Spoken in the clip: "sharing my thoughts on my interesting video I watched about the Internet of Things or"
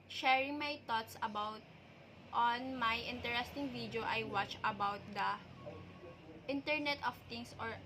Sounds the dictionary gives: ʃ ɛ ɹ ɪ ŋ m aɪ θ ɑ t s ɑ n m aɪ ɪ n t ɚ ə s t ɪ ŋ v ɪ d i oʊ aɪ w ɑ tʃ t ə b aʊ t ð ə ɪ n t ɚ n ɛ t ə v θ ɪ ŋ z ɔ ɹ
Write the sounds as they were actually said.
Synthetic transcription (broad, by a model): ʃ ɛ ɹ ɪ ŋ m aɪ t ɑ t s ɑ n m aɪ ɪ n t ɚ ə s t ɪ ŋ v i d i oʊ aɪ w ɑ tʃ ə b aʊ t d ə ɪ n t ɚ n ɛ t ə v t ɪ ŋ s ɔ ɹ